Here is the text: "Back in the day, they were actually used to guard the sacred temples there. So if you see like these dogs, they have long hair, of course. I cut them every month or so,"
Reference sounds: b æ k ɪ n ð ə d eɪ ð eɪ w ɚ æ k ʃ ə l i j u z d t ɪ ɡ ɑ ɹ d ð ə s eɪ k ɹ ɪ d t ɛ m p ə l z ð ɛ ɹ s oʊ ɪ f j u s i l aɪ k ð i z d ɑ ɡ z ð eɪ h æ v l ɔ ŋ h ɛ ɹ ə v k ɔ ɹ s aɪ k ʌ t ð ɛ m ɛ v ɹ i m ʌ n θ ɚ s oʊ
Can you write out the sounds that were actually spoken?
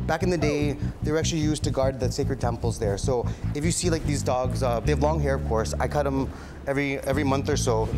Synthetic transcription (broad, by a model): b æ k ɪ n ð ə d eɪ ð eɪ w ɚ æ k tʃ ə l i j u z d t ɪ ɡ ɑ ɹ d ð ə s eɪ k ɹ ɪ d t ɛ m p l z ð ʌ ɹ s oʊ ɪ f j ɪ s i l aɪ k ð i z d ɑ ɡ z ð eɪ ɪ v l ɔ ŋ h ɛ ɹ ə v k ɔ ɹ s aɪ k ʌ t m ɛ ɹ ɛ v ɹ i m ʌ n θ ɚ s oʊ